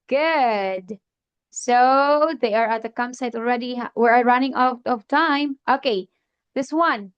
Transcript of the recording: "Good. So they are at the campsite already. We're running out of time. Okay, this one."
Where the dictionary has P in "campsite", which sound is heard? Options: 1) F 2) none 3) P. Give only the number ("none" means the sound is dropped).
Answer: 2